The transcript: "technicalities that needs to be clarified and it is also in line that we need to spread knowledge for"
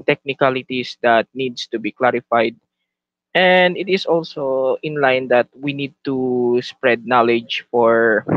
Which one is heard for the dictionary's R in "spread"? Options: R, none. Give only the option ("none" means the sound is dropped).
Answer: R